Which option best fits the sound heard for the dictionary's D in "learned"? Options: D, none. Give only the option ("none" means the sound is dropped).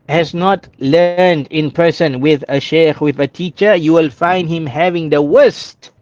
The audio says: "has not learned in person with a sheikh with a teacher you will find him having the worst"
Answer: D